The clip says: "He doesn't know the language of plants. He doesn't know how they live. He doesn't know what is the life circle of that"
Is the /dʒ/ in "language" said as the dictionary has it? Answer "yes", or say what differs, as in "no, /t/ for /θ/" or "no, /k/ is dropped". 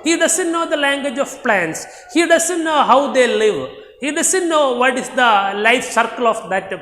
yes